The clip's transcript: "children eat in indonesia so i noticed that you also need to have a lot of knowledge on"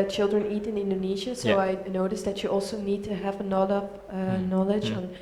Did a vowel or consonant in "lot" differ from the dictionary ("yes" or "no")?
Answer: yes